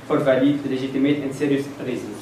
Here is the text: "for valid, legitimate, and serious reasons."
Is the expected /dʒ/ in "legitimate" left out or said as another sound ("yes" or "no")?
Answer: yes